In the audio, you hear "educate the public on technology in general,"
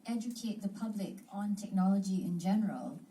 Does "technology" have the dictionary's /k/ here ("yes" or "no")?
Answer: yes